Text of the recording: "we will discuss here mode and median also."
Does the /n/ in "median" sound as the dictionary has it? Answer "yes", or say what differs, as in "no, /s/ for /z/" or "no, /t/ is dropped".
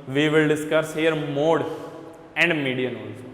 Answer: yes